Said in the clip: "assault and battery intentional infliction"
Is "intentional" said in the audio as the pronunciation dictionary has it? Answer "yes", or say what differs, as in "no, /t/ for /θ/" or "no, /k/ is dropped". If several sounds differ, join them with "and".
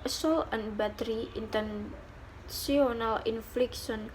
no, /s/ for /ʃ/